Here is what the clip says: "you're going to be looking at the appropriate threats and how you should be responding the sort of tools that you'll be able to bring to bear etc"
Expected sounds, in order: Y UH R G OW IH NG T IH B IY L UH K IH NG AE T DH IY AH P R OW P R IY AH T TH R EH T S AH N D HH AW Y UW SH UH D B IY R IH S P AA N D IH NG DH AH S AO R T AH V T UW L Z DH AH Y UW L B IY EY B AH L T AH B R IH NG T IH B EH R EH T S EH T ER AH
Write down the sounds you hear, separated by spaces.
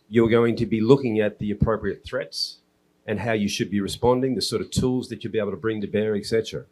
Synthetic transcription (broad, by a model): Y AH R G OW IH NG T IH B IY L UH K IH NG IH T DH IY AH P R OW P R IY AH T TH R EH T S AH N HH AW Y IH SH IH D B IY R IH S P AA N D IH NG DH AH S AO R T AH V T UW L Z DH AH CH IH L B IY EY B L T AH B R IH NG T IH B EH R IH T S EH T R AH